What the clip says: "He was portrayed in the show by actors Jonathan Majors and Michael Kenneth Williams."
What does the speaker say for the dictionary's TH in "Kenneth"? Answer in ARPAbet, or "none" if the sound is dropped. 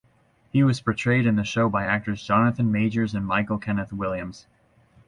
TH